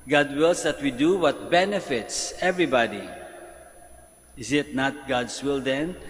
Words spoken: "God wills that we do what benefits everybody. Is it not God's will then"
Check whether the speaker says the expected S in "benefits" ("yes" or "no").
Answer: yes